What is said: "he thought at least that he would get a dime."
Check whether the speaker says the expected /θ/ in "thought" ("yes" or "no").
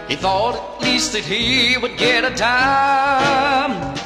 yes